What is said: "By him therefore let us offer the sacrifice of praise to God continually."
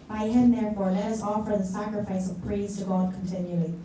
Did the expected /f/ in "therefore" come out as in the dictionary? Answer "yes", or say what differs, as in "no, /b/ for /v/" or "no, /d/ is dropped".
yes